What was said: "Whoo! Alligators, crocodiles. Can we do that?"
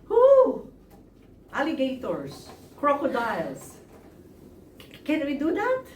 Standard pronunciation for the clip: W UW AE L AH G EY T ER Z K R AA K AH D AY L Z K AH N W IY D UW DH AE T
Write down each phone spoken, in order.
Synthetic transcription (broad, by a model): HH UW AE L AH G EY T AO S K R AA K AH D AY L S K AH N W IY D UW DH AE T